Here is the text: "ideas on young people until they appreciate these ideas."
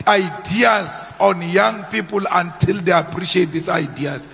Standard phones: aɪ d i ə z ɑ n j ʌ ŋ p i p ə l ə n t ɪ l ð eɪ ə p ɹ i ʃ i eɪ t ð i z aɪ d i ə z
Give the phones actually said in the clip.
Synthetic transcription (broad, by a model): aɪ d i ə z ɑ n j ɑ ŋ p i p ə l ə n t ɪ l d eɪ ə p ɹ i ʃ i eɪ t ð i s aɪ d i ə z